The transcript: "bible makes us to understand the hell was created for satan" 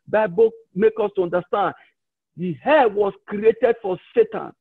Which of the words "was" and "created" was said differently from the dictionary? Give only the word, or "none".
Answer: was